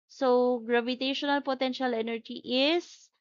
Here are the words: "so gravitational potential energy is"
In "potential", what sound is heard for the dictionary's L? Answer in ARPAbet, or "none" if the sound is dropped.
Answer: L